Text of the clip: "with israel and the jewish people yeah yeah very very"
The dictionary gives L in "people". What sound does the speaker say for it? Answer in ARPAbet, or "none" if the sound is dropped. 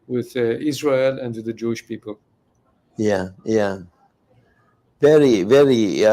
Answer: L